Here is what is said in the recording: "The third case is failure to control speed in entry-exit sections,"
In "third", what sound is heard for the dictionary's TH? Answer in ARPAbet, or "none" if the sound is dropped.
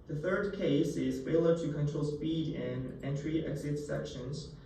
TH